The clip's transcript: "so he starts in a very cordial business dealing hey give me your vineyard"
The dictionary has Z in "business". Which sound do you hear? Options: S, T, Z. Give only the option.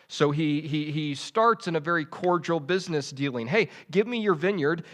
Z